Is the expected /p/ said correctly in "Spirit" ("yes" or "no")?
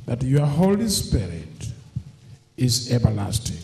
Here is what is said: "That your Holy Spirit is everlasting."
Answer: yes